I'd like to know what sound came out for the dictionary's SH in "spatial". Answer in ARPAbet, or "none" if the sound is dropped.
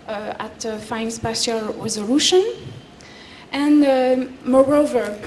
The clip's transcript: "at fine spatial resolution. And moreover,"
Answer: S